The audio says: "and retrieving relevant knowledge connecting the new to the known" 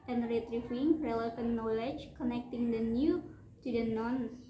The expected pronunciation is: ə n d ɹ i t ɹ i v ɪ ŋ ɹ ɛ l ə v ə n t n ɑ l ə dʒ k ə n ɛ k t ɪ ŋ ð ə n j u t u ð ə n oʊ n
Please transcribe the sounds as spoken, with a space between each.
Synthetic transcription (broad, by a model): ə n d ɹ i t ɹ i f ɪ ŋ ɹ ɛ l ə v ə n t n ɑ l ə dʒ k ə n ɛ k t ɪ ŋ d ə n j u t u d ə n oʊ n